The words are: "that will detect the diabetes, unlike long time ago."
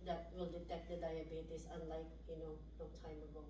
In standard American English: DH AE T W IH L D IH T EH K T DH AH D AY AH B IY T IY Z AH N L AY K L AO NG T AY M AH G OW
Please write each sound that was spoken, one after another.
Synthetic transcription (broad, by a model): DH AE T W IH L D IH T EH K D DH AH D AY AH B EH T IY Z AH N L AY K N AO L T AY M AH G OW